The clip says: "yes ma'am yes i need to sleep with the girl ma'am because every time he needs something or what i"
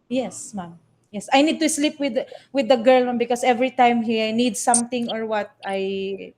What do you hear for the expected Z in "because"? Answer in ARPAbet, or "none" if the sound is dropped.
S